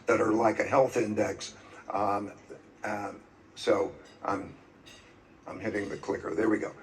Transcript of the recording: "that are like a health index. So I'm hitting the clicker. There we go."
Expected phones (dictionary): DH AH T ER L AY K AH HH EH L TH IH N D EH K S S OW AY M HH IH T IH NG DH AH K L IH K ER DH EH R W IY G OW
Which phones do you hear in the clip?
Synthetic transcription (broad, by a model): DH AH T ER L AY K AH HH EH L TH IH N D EH K S S OW AY M HH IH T IH NG DH AH K L IH K ER DH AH R W IY G OW